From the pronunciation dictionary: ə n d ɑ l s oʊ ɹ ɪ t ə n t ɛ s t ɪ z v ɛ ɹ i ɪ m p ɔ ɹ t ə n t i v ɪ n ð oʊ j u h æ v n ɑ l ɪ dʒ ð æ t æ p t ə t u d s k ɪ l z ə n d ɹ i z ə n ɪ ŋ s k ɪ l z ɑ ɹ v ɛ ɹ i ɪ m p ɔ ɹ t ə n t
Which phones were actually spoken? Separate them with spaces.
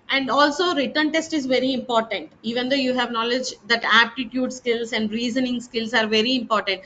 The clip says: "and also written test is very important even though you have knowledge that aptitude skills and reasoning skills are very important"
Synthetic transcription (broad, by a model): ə n d ɑ l s oʊ ɹ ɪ t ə n t ɛ s t ɪ z v ɛ ɹ i ɪ m p ɔ ɹ t ə n t i v ɪ n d oʊ j u h æ v n ɑ l ɪ dʒ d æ t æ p t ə t u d s k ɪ l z ə n d ɹ i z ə n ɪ ŋ s k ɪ l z ɑ ɹ v ɛ ɹ i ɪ m p ɔ ɹ t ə n t